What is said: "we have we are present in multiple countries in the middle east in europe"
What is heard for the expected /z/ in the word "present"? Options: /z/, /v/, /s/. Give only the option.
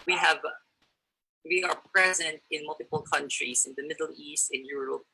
/z/